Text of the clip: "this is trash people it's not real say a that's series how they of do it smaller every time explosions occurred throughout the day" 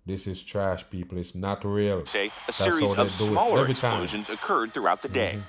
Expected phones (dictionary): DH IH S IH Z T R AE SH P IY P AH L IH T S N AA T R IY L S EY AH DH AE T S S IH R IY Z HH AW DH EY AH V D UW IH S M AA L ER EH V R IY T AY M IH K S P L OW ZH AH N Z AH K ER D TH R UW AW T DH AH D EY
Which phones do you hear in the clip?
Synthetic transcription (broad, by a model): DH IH S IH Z T R AE SH P IY P AH L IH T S N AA T R IY L S EY AH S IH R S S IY IY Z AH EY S D UW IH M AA L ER EH V R IY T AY IH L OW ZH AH N Z AH K ER D TH R UW AW T DH AH D EY